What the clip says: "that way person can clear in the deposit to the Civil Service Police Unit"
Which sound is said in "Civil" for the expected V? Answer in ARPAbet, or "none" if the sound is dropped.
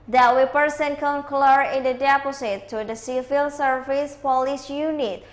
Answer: F